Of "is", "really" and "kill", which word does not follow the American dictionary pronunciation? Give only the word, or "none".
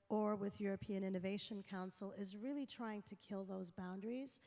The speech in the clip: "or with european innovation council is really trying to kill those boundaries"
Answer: none